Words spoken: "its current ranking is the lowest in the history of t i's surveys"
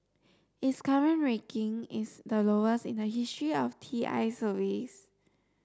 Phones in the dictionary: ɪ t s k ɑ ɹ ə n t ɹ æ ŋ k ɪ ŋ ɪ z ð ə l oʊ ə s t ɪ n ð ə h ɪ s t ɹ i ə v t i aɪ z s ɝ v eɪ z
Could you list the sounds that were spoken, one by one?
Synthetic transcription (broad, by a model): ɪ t s k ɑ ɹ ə n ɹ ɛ k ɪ ŋ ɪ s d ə l oʊ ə s ɪ n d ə h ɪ s t ɹ i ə f t i aɪ s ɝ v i s